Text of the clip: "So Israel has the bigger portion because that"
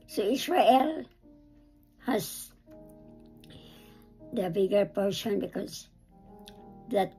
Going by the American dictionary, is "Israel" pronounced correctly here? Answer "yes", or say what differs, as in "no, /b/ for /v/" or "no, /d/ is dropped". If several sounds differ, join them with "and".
no, /s/ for /z/